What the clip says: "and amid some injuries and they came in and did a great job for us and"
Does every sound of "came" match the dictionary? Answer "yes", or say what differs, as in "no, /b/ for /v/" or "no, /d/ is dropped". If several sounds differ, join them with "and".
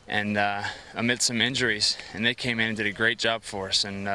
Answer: no, /m/ is dropped